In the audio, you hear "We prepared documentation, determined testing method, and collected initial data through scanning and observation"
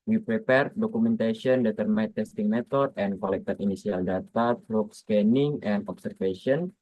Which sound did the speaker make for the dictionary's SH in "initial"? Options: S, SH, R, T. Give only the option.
S